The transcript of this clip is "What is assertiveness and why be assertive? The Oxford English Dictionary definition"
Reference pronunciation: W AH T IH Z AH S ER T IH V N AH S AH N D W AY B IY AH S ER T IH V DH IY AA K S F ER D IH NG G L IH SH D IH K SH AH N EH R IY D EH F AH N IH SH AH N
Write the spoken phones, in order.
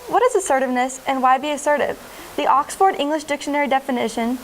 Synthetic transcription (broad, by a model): W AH T IH Z AH S ER T IH V N AH S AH N W AY B IY AH S ER T IH V DH IY AA K S F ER D IH NG G L IH SH D IH K SH AH N EH R IY D EH F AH N IH SH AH N